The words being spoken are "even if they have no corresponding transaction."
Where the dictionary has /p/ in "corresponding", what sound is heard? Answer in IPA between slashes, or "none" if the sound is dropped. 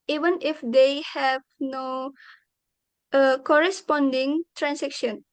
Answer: /p/